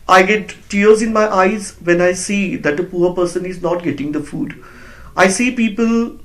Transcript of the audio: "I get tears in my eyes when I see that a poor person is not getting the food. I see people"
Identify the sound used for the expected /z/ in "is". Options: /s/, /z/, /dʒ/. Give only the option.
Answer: /z/